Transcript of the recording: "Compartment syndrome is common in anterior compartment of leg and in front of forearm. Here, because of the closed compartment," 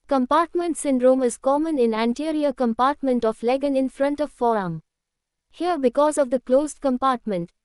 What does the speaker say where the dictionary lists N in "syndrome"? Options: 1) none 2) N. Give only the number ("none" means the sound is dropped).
2